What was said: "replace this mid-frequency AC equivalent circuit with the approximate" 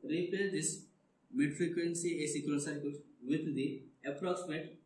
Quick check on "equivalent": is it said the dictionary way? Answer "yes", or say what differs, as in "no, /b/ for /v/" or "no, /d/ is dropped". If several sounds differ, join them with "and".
no, /n/ is dropped